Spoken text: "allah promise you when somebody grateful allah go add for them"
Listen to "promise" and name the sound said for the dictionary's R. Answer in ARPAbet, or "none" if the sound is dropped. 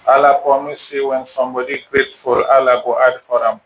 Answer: none